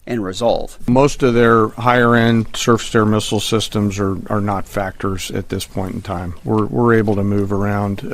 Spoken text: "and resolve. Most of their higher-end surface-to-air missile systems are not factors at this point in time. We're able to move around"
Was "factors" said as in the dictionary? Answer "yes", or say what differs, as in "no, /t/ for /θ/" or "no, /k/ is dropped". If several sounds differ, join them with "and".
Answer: yes